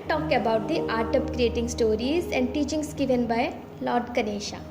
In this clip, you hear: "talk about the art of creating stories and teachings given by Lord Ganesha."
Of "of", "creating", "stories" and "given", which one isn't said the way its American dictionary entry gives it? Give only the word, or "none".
of